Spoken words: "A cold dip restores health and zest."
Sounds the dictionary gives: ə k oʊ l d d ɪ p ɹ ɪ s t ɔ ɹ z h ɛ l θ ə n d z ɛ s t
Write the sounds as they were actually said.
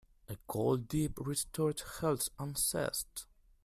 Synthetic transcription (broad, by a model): ə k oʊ l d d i p ɹ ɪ s t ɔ ɹ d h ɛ l s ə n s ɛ s t